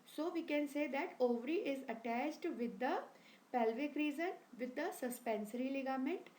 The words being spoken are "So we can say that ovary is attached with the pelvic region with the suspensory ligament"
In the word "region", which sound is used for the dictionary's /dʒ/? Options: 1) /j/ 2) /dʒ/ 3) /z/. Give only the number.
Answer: 3